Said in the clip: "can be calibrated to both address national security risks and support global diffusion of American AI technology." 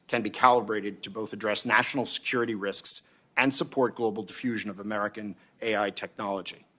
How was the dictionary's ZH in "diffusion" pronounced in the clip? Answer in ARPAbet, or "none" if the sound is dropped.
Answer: ZH